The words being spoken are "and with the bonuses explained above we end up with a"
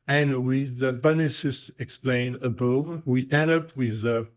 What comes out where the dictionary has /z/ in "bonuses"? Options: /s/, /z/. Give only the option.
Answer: /s/